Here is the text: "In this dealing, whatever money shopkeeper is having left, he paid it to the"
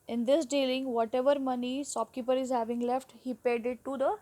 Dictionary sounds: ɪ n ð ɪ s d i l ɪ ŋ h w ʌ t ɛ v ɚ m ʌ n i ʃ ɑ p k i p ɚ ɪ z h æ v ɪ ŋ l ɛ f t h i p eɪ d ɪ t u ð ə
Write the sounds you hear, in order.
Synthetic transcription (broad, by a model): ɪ n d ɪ s d i l ɪ ŋ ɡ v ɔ t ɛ v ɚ m ʌ n i s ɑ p k i p ɚ ɪ z h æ v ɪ ŋ l ɛ f t h i p eɪ d ɪ t u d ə